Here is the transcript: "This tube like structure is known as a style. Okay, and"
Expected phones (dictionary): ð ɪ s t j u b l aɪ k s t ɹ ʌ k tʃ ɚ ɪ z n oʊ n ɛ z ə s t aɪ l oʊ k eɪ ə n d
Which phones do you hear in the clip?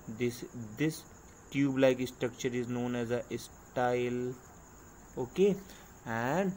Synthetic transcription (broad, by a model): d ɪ s t j u b l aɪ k s t ɹ ʌ k tʃ ɚ ɪ z n oʊ n ɛ z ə s t aɪ l oʊ k eɪ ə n d